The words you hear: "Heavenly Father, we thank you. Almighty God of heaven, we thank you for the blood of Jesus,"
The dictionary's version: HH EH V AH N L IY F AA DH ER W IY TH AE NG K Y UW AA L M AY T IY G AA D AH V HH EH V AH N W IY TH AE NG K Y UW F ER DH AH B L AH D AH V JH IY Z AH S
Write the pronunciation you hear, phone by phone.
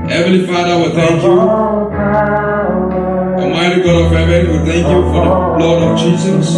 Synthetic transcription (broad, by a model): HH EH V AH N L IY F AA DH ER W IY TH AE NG K Y UW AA M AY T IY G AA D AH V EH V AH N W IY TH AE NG K Y UW F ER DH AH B L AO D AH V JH IY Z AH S